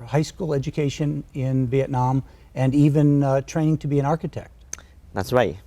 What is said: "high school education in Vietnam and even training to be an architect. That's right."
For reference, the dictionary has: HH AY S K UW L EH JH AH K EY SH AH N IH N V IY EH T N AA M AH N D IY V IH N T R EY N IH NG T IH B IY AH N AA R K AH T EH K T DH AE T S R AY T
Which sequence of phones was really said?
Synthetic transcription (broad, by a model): HH AY S K UW L EH JH AH K EY SH AH N IH N V IY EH T N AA M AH N IY V IH N T R EY N IH NG T IH B IY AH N AA R K AH T EH K T DH AE T S R AY T